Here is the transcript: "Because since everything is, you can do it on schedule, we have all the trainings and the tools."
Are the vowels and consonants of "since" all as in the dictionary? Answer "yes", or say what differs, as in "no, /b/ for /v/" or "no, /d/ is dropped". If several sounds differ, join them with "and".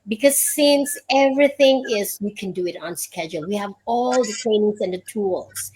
yes